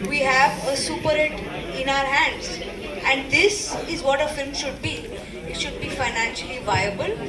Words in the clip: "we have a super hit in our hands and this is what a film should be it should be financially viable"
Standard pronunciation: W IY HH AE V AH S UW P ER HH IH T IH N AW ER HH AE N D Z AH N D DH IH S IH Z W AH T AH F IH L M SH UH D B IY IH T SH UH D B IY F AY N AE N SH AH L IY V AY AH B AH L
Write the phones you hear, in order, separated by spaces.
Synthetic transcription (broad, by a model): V IY HH AE V AH S UW P ER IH T IH N AW ER HH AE N D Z AH N D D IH S IH Z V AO T AH F IH L M SH UH D B IY IH T SH UH D B IY F AY N AE N SH AH L IY V AY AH B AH L